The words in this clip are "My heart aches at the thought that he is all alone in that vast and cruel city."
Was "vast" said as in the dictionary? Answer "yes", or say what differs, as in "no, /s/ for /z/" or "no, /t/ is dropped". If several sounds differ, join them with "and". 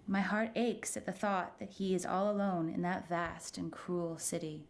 yes